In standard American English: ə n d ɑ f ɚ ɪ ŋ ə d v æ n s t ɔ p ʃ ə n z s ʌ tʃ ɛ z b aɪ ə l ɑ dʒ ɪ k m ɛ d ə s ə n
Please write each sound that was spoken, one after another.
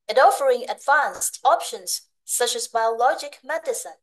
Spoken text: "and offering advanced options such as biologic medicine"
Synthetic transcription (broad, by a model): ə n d ɑ f ɚ ɪ ŋ ə d v æ n s t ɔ p ʃ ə n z s ʌ tʃ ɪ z b aɪ ə l ɑ dʒ ɪ k m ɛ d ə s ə n